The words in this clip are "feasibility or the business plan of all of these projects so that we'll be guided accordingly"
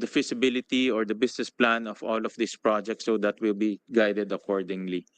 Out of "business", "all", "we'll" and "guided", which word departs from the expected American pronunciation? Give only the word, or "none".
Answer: business